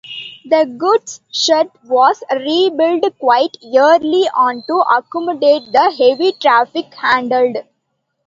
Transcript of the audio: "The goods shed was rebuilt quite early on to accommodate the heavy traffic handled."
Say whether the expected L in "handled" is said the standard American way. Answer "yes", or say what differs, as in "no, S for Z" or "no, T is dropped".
yes